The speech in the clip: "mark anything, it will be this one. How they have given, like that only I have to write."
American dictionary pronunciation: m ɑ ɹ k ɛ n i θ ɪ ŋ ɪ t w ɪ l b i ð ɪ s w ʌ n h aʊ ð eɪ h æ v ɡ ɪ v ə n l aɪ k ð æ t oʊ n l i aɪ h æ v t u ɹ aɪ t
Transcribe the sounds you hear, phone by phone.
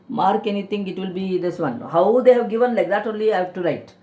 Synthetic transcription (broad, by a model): m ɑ ɹ k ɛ n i t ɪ ŋ ɪ t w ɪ l b i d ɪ s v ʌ n h aʊ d eɪ h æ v ɡ ɪ v ə n l aɪ k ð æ t oʊ n l i aɪ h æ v t u ɹ aɪ t